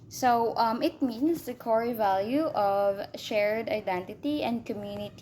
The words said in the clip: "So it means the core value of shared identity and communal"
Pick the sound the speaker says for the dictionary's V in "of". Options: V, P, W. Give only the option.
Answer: V